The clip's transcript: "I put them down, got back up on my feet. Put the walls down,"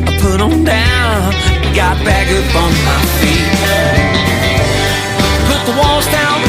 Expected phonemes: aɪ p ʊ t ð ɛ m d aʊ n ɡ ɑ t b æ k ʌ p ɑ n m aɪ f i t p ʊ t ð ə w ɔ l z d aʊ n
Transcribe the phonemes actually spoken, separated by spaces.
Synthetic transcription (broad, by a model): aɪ p ʊ t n d aʊ n ɡ ɑ t b æ k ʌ b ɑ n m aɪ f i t p ʊ t ð ə w ɔ l z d aʊ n